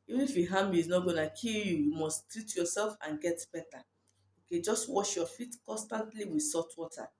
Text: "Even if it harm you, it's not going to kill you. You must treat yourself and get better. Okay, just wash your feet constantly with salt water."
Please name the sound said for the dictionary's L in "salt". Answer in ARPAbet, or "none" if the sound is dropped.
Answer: none